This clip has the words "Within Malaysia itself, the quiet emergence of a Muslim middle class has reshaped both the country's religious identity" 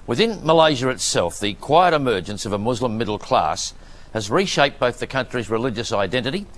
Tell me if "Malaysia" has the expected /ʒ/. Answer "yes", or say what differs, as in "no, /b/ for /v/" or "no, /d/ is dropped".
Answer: yes